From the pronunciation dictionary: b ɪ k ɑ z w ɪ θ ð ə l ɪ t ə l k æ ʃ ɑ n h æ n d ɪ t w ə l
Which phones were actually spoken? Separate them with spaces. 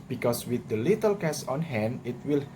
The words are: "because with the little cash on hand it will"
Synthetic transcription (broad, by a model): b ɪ k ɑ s w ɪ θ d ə l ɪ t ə l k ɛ s ɑ n h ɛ n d ɪ t w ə l